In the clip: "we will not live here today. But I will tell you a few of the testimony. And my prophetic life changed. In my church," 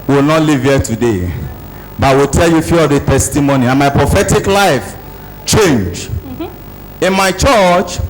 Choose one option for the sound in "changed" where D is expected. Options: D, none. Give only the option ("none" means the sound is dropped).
none